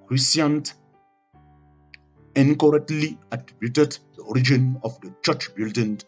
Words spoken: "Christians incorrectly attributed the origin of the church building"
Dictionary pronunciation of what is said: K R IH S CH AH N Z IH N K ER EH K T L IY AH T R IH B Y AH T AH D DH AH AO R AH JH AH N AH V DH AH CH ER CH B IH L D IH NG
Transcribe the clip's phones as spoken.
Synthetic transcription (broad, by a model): K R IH S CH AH N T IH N K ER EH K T L IY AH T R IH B Y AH T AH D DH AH AO R AH JH AH N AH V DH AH CH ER CH B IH L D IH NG